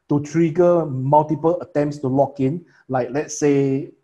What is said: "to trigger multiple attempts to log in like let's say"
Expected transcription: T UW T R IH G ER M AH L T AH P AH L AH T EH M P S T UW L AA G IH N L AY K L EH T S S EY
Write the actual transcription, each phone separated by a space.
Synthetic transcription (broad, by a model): T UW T R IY G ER M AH L T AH P AH L AH T EH M P S T UW L AA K IH N L AY K L EH T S S EY